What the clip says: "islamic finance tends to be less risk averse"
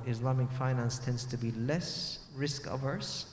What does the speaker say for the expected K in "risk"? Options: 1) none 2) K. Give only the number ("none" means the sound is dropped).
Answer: 2